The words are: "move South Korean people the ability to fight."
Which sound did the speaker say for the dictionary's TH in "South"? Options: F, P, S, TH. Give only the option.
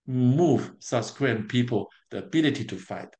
S